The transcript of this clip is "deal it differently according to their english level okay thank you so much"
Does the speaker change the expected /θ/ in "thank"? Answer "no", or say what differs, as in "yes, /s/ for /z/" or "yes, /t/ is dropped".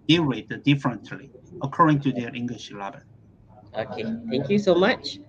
yes, /t/ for /θ/